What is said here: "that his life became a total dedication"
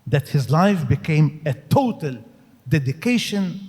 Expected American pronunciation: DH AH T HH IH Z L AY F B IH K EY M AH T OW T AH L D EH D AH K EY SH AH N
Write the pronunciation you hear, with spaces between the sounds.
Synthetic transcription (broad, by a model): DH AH T HH IH Z L AY F B IH K EY M AH T OW T AH L D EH D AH K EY SH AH N